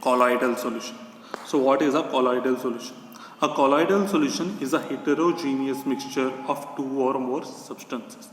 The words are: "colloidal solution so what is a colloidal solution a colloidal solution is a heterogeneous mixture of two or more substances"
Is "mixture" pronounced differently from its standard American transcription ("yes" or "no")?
no